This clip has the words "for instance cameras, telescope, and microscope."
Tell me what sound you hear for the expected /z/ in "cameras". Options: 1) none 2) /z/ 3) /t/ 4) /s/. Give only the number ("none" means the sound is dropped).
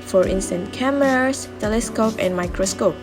4